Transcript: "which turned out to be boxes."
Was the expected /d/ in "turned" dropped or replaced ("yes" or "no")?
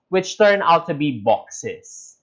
yes